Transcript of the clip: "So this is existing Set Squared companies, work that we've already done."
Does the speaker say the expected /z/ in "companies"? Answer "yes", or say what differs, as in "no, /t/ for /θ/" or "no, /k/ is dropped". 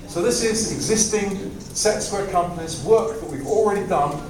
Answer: yes